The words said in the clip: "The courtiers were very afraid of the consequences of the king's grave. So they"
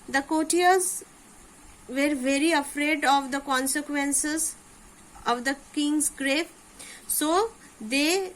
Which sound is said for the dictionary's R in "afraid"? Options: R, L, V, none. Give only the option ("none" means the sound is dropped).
R